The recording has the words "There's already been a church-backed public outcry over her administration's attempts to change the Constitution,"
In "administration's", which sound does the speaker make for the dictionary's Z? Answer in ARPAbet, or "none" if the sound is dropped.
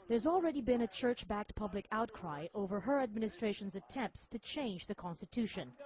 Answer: Z